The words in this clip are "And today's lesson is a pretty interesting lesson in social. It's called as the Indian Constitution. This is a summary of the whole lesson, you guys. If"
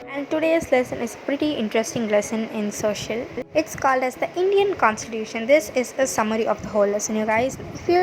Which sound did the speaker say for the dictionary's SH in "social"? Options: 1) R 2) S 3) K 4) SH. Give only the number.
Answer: 4